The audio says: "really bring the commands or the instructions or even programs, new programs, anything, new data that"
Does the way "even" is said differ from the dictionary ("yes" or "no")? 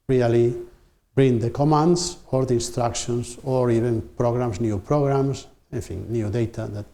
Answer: yes